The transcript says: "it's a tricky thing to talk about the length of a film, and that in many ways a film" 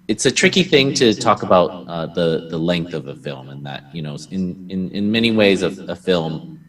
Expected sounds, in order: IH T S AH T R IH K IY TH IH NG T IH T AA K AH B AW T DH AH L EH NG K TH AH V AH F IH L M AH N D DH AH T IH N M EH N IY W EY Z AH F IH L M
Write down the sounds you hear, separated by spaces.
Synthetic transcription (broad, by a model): IH T S AH T R IH K IY TH IH NG T IH T AA K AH B AW T DH AH L EH NG K TH AH V AH F IH L M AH N DH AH T IH N M EH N IY W EY Z AH F IH L M